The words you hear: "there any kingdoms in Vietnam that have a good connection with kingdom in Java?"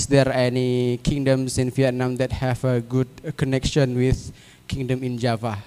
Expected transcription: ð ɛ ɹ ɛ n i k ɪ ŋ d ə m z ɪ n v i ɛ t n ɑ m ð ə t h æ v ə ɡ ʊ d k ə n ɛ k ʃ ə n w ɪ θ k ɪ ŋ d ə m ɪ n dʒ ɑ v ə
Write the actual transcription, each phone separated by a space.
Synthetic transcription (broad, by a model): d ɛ ɹ ɛ n i k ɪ ŋ d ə m s ɪ n f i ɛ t n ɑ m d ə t h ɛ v ə ɡ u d k ə n ɛ k ʃ ə n w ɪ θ k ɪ ŋ d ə m ɪ n dʒ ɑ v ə